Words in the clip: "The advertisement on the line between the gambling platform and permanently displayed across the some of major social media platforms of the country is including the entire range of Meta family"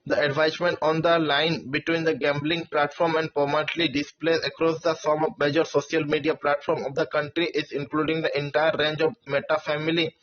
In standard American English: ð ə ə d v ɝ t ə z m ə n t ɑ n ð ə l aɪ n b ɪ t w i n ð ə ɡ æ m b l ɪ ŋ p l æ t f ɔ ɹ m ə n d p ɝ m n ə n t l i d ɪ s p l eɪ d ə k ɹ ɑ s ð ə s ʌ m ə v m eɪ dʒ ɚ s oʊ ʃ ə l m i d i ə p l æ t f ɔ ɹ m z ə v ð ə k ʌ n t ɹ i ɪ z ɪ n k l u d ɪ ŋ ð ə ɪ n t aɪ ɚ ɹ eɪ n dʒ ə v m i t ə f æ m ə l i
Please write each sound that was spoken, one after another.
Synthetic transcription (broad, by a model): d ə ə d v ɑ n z m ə n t ɑ n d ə l aɪ n b ɪ t w i n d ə ɡ æ m b l ɪ ŋ p l æ t f ɔ ɹ m ə n d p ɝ m ə t l i d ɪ s p l eɪ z ə k ɹ ɑ s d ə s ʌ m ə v m eɪ dʒ ɚ s oʊ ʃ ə l m i d i ə p l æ t f ɔ ɹ m ə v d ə k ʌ n t ɹ i ɪ z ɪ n k l u d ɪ ŋ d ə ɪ n t aɪ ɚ ɹ eɪ n dʒ ə v m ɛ t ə f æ m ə l i